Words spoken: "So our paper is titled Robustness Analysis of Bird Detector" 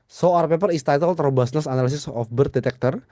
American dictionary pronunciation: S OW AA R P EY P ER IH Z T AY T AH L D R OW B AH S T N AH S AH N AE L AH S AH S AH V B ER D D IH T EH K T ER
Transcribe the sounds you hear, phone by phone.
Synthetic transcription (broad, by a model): S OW AA R P EY P ER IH S T AY T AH L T R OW B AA S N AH S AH N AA L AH S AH S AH F B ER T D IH T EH K T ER